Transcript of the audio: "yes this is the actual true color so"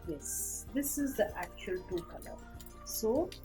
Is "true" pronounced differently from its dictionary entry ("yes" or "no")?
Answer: yes